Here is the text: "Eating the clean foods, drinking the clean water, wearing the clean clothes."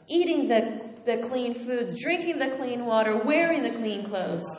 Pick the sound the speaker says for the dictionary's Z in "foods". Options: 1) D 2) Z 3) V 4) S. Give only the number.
2